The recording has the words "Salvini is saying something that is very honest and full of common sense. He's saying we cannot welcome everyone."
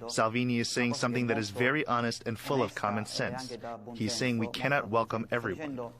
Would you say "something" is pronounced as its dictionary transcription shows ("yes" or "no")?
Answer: yes